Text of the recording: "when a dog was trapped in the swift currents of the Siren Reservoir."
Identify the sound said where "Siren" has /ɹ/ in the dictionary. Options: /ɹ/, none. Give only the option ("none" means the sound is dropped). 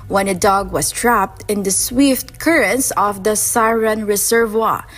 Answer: /ɹ/